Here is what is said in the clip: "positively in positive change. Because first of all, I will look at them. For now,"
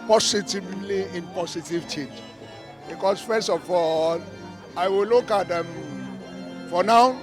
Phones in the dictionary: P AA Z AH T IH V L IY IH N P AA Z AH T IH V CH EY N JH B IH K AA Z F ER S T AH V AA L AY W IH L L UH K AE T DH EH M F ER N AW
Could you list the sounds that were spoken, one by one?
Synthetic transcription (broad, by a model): P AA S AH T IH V L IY IH N P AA S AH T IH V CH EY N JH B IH K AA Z F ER S T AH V AA L AY W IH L L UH K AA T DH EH M F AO N AW